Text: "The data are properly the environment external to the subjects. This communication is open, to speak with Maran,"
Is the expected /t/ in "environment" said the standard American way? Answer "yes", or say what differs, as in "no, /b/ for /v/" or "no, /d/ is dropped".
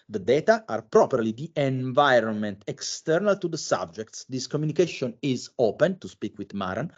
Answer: yes